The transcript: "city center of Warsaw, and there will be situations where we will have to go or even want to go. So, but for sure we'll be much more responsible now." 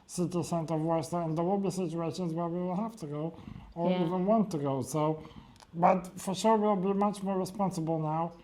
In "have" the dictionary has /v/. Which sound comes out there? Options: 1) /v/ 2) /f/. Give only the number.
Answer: 2